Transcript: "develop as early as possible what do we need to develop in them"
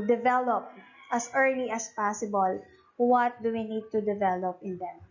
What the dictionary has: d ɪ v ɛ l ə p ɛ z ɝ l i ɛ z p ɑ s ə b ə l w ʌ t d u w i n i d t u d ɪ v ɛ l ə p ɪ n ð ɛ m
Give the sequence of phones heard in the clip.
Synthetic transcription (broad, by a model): d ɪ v ɛ l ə p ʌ s ɝ l i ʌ s p ɑ s ə b ə l w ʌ t d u w i n i d t u d ɪ v ɛ l ə p ɪ n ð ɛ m